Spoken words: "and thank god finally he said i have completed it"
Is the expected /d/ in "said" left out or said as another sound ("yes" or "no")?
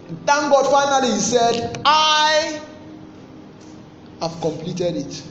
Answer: no